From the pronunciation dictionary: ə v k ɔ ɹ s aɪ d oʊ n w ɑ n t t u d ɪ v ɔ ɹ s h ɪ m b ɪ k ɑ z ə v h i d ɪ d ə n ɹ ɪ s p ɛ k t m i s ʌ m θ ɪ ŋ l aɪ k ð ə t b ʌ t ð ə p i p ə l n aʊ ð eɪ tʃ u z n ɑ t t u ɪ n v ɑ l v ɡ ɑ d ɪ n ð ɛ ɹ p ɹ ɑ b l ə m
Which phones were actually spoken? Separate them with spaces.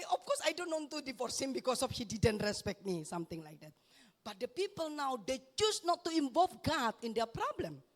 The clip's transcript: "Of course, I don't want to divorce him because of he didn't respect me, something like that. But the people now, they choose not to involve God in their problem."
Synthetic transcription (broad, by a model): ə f k ɔ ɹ s aɪ d oʊ n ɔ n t t u d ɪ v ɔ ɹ s h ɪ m b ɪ k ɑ s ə f h i d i d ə n ɹ ɪ s p ɛ k t m i s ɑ m t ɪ ŋ l aɪ k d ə t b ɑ t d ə p i p ə l n aʊ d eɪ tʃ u s n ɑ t t u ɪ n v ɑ l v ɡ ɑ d ɪ n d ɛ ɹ p ɹ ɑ b l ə m